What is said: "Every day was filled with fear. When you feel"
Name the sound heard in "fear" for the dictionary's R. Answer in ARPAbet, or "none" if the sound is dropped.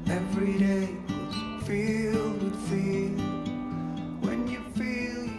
L